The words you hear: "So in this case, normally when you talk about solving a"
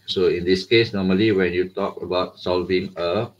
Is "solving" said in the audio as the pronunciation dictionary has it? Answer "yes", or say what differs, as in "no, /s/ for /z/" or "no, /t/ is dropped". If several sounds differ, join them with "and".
yes